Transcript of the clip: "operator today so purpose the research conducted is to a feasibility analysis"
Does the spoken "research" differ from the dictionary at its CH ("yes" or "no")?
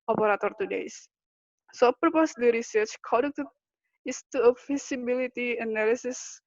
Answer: no